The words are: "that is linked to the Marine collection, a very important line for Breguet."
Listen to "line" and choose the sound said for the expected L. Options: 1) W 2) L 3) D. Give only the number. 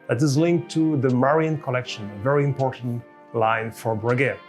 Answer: 2